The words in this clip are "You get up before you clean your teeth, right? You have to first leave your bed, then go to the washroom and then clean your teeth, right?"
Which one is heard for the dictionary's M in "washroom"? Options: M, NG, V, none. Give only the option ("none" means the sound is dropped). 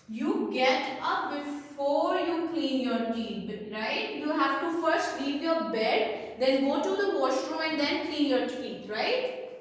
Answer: none